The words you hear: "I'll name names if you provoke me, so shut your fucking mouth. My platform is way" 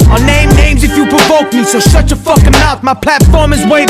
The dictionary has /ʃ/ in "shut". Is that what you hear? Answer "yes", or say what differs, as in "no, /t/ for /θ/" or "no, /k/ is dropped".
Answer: no, /s/ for /ʃ/